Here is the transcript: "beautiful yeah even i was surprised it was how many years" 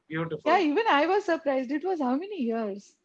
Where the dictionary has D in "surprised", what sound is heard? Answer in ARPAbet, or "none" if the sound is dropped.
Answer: D